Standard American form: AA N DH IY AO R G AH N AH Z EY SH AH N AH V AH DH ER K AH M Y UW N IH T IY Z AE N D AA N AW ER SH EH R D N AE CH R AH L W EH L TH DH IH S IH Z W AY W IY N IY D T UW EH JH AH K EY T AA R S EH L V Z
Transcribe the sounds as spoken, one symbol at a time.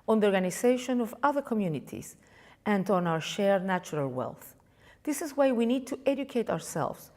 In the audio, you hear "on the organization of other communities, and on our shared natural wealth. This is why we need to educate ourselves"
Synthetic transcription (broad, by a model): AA N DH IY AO R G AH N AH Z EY SH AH N AH V AH DH ER K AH M Y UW N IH T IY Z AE N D AA N AW ER SH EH R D N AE CH R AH L W EH L TH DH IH S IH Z W AY W IY N IY D T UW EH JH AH K EY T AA R S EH L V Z